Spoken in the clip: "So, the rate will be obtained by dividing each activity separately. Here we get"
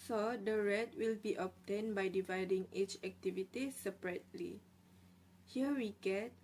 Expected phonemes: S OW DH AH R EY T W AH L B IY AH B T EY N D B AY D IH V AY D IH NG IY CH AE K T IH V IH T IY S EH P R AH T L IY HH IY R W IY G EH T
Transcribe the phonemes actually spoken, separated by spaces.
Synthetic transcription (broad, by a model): S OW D AH R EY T W AH L B IY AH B T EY N B AY D IH V AY D IH NG IY CH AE K T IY V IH T IY S EH P R AH T L IY HH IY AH W IY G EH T